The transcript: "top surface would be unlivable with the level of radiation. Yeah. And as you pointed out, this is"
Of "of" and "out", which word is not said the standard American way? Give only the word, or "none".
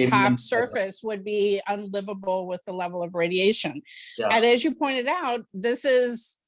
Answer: none